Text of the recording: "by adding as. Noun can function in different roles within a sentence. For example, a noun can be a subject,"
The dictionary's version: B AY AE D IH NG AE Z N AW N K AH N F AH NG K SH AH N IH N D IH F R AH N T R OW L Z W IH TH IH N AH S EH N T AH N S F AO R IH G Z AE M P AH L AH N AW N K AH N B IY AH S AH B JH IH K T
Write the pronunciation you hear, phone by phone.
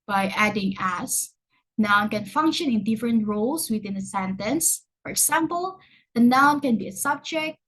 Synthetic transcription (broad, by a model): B AY AE D IH NG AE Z N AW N K AH N F AH NG K SH AH N IH N D IH F R AH N T R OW L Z W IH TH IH N AH S EH N T AH N S F AO R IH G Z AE M P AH L AH N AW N K AH N B IY AH S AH B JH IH K T